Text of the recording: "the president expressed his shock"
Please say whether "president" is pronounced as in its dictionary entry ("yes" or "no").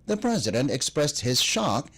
yes